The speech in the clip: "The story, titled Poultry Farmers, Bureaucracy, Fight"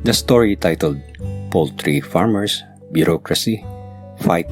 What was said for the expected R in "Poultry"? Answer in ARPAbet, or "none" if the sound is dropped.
R